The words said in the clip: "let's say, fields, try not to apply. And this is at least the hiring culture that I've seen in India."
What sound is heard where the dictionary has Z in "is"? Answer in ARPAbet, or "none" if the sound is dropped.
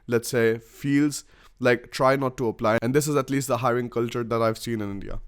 Z